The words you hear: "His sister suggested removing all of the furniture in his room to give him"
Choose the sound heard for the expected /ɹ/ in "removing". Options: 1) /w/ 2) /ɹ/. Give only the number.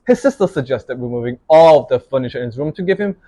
1